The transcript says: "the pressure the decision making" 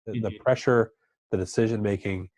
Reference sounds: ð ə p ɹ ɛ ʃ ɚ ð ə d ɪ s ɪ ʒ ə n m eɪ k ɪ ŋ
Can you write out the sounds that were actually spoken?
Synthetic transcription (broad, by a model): ð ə p ɹ ɛ ʃ ɚ ð ə d ɪ s ɪ ʒ ə n m eɪ k ɪ ŋ